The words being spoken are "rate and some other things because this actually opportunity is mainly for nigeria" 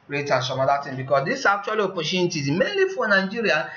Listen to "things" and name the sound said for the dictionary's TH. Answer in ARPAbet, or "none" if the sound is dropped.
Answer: T